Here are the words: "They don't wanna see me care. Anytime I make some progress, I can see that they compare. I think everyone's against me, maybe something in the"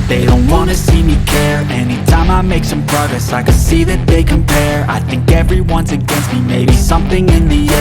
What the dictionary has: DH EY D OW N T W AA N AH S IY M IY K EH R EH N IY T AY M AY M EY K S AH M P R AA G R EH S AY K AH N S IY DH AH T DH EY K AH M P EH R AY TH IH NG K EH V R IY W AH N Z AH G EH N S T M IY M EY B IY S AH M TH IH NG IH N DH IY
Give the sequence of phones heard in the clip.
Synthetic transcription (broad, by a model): DH EY D OW N T W AA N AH S IY M IY K EH R EH N IY T AY M AY M EY K S AH M P R AA G R EH S AY K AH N S IY DH AH T DH EY K AH M P EH R AY TH IH NG K EH V R IY W AH N Z AH G EH N S T M IY M EY B IY S AH M TH IH NG IH N DH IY